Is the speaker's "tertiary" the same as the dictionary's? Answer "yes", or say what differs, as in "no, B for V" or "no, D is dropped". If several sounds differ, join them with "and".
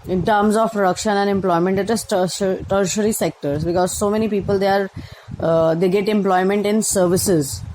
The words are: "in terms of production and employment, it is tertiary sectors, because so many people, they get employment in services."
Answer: yes